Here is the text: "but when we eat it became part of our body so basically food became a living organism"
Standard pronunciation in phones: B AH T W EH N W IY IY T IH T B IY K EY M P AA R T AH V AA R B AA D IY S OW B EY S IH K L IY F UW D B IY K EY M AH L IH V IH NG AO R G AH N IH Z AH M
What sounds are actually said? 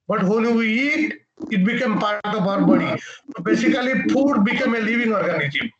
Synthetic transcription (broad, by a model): B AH T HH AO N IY IY T IH T B IY K EY M P AA R T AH B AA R B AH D IY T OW B EY S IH K L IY P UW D B IY K EY M AH L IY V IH NG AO R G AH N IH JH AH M